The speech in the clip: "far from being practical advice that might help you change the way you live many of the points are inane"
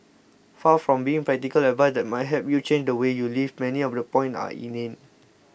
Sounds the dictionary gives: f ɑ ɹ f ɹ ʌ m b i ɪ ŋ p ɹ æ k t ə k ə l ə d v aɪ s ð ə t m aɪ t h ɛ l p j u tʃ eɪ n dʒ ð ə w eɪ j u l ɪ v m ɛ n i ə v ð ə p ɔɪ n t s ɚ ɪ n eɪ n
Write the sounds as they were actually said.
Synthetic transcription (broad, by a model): f ɑ f ɹ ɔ m b i ɪ ŋ p ɹ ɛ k t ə k ə l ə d v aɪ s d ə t m aɪ t h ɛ p j u tʃ eɪ n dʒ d ə w eɪ j u l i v m ɛ n i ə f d ə p ɔɪ n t ɑ ɪ n eɪ n